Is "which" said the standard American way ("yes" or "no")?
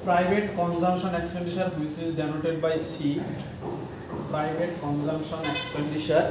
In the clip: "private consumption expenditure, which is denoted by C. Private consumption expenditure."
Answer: no